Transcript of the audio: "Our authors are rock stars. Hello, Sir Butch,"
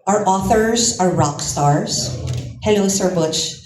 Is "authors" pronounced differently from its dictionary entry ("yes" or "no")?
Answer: no